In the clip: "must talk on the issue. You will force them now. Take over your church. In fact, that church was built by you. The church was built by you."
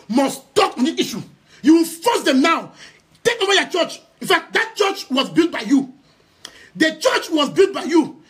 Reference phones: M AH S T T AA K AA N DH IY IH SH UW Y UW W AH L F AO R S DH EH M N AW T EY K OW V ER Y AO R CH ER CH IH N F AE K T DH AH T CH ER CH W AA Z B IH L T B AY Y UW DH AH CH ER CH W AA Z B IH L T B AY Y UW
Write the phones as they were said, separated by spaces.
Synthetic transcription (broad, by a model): M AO S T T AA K AA N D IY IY SH UW Y UW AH N F AO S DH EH M N AW T EY K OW W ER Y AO CH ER CH IH N F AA K T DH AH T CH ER CH W AA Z B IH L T B AY Y UW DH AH CH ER CH W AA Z B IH L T B AY Y UW